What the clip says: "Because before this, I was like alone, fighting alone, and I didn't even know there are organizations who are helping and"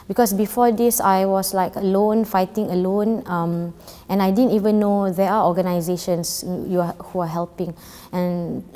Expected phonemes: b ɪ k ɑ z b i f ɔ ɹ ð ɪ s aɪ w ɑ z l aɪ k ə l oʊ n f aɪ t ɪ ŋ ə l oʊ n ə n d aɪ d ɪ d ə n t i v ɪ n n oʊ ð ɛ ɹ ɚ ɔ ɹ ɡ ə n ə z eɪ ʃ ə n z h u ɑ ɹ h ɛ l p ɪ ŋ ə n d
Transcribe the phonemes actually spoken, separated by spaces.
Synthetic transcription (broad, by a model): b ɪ k ɑ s b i f ɔ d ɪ s aɪ w ɑ s l aɪ k ə l oʊ n f aɪ t ɪ ŋ ə l oʊ n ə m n aɪ d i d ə n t i v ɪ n n oʊ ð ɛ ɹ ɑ ɔ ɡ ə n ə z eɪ ʃ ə n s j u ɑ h h ɛ l p ɪ ŋ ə n